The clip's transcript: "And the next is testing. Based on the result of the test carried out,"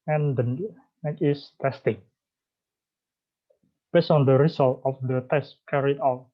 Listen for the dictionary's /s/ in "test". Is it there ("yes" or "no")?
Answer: yes